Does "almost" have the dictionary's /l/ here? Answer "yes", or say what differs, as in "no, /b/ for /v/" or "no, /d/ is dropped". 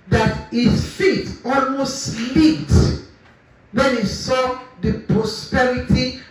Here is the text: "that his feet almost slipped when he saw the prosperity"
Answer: yes